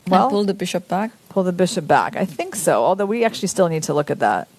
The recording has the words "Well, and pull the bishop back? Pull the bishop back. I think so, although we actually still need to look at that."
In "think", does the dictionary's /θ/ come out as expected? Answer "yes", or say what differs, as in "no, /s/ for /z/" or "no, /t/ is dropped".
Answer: yes